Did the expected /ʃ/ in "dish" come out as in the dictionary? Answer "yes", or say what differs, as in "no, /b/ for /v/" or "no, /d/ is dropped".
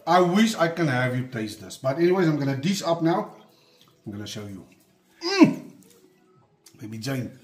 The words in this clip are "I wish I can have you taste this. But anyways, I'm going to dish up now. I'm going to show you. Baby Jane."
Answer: no, /s/ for /ʃ/